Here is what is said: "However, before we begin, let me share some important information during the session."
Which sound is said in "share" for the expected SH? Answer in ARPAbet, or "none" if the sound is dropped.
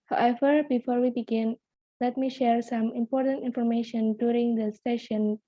SH